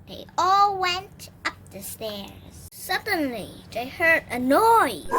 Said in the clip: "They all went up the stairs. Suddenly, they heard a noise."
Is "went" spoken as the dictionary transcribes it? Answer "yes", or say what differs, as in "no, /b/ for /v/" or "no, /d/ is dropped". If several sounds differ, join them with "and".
yes